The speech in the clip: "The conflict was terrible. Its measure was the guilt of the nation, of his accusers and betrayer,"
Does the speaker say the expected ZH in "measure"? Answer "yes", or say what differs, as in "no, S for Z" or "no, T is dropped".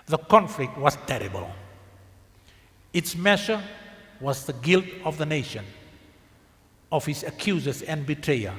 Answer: no, SH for ZH